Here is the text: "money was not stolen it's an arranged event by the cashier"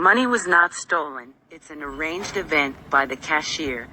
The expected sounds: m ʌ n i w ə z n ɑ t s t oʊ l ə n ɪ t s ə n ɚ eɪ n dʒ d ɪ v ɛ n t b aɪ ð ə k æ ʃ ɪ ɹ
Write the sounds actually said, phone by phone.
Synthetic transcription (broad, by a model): m ʌ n i w ə z n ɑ t s t oʊ l ə n ɪ t s ə n ɚ eɪ n dʒ d ɪ v ɛ n t b aɪ ð ə k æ ʃ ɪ ɹ